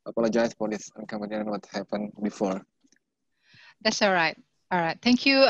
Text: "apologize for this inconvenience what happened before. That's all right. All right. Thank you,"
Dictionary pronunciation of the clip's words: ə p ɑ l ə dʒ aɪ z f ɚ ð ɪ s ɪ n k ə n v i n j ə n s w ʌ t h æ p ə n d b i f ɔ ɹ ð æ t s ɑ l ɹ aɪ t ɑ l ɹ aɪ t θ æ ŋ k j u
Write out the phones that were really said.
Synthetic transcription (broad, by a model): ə p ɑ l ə dʒ aɪ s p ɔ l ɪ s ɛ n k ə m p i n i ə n w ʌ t h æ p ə n b i f ɔ ɹ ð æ t s ɑ l ɹ aɪ t ɑ l ɹ aɪ t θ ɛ ŋ k j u